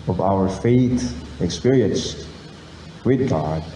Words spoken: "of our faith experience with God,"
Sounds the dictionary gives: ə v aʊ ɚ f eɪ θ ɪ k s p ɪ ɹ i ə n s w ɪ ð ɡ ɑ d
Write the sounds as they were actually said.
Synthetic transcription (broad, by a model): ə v aʊ ɚ f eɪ t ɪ k s p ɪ ɹ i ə n s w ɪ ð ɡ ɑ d